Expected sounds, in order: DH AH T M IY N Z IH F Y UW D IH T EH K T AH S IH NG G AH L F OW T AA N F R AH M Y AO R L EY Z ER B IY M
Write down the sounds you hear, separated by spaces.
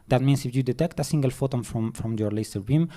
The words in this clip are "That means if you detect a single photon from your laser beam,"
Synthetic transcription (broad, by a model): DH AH T M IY N S IH F Y UW D IH T EH K T AH S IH NG G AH L F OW T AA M F R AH M Y AO R L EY S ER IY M